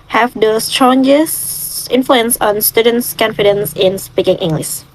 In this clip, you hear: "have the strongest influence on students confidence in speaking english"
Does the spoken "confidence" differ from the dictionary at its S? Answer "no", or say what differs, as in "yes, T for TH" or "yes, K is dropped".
no